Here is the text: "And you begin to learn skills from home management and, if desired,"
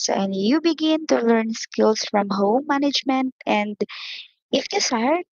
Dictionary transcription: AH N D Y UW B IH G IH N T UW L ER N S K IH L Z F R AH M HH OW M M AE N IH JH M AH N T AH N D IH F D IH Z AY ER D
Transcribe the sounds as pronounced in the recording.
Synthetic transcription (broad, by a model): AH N Y UW B IH G IH N T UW L ER N S K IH L S F R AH M HH OW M M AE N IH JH M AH N T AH N D IH F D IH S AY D